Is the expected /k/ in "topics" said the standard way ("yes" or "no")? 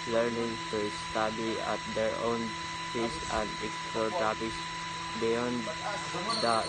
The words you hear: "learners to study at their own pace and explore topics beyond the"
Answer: no